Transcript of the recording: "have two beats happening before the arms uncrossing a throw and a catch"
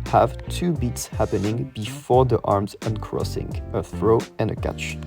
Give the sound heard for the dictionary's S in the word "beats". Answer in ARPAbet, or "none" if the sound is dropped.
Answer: S